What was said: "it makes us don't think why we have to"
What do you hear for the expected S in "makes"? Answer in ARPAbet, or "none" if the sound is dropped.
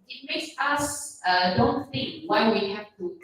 S